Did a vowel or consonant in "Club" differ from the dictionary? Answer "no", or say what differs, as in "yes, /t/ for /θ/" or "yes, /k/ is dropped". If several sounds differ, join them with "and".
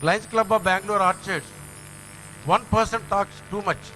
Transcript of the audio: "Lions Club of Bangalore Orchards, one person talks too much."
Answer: no